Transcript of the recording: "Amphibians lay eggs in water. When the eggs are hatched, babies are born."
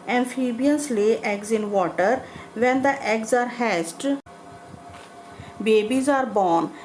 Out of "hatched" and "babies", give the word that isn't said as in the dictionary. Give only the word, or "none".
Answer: hatched